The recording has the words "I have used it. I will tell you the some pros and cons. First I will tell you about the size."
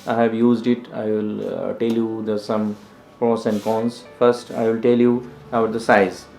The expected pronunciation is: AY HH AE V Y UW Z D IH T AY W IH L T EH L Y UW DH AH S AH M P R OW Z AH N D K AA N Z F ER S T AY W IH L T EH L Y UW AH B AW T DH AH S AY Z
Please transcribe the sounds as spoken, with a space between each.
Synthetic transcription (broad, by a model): AY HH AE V Y UW Z D IH T AY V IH L T EH L Y UW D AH S AH M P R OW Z AH N D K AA N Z F ER S T AY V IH L T EH L Y UW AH UH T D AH S AY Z